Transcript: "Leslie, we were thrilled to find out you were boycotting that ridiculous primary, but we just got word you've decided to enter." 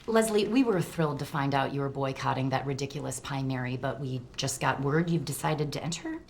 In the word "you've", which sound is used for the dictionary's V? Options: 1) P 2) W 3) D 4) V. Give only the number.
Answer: 4